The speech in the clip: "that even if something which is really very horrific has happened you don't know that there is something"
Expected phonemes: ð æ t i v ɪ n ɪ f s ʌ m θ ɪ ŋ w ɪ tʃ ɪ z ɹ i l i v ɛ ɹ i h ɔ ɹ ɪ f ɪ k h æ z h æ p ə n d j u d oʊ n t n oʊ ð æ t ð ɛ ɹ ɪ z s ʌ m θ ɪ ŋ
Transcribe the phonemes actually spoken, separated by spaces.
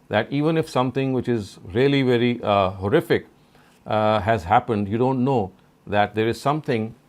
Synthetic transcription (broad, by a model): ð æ t i v ɪ n ɪ f s ʌ m t ɪ ŋ w ɪ tʃ ɪ z ɹ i l i v ɛ ɹ i h ɔ ɹ ɪ f ɪ k h æ z h æ p ə n d j u d oʊ n t n oʊ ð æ t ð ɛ ɹ ɪ z s ʌ m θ ɪ ŋ